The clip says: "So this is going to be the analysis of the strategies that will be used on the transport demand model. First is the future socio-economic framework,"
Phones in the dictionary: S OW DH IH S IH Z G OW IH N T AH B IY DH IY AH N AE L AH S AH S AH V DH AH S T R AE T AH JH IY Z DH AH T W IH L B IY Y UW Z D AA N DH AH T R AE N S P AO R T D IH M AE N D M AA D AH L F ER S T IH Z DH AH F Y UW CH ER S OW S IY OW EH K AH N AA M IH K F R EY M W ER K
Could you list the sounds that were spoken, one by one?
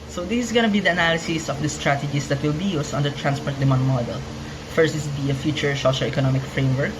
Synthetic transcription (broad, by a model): S OW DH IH S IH S G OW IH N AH B IY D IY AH N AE L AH S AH S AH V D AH S T R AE T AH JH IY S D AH T W IH L B IY Y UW S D AA N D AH T R AE N S P AO R T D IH M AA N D M AA D AH L F ER S T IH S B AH F Y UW CH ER S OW SH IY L EH K AH N AA M IH K F R EY M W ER K